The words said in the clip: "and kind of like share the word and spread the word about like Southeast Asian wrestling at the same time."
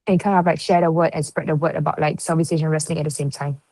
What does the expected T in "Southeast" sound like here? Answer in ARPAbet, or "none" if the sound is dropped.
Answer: none